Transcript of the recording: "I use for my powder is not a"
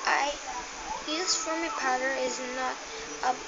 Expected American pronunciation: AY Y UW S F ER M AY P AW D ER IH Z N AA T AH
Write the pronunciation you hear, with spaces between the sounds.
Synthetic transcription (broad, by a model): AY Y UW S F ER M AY P AW D ER IH Z N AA T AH